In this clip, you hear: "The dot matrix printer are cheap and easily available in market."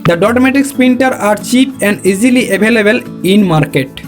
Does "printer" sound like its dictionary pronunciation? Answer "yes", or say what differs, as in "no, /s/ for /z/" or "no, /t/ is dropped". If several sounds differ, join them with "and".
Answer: no, /ɹ/ is dropped